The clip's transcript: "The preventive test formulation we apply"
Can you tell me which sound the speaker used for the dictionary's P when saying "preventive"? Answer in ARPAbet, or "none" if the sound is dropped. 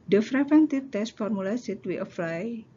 F